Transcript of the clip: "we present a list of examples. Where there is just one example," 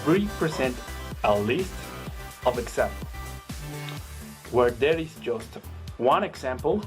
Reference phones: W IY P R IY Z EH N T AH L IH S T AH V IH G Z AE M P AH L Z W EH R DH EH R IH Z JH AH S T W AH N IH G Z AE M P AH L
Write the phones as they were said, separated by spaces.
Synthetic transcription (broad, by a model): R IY P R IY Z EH N T AH L IH S T AH V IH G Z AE M P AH L W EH R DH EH R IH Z JH AH S T W AH N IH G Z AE M P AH L